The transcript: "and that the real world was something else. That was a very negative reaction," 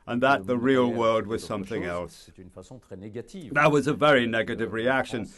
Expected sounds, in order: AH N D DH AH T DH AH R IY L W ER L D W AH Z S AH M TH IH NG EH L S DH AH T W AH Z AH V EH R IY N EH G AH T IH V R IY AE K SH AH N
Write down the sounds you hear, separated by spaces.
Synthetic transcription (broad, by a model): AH N DH AH T DH AH R IY L W ER L D W AH Z S AH M TH IH NG EH L S DH AH T W AH Z AH V EH R IY N EH G AH T IH V R IY AE K SH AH N